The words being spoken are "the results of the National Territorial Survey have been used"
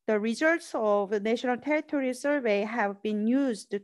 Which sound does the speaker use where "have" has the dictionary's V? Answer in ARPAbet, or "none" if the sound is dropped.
V